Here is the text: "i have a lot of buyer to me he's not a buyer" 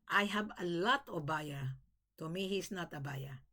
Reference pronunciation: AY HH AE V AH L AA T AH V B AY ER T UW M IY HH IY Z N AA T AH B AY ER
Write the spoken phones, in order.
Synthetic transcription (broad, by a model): AY HH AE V AH L AA T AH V B AY ER T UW M IY HH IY S N AA T AH B AY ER